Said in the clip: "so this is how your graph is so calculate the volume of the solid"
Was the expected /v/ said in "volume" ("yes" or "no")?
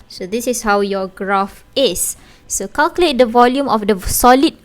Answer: yes